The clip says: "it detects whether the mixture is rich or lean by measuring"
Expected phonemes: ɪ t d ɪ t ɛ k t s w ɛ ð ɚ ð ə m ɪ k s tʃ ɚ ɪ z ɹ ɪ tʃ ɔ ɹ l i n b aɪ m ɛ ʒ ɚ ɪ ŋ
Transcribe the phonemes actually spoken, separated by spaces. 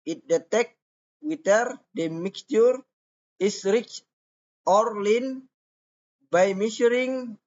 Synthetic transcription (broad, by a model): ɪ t d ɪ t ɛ k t w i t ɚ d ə m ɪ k s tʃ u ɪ s ɹ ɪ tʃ ɔ ɹ l i n b aɪ m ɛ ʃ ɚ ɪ ŋ